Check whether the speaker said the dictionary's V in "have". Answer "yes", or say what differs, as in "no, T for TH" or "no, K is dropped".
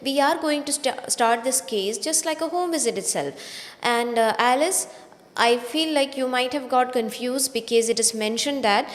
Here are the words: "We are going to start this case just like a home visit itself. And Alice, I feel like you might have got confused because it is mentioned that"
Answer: yes